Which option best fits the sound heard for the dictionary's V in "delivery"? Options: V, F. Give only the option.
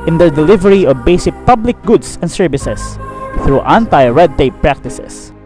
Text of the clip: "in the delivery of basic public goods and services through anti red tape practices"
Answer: V